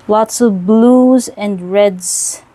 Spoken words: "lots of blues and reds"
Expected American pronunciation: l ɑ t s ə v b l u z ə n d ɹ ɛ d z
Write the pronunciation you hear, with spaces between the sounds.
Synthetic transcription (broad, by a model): l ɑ t s ə v b l u z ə n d ɹ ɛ d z